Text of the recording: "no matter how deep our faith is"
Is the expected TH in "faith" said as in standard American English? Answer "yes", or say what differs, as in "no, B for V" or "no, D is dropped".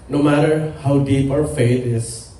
no, T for TH